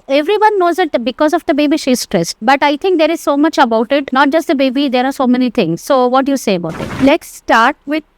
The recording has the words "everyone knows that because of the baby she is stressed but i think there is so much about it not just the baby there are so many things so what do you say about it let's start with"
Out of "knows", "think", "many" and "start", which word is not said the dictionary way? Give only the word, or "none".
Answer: think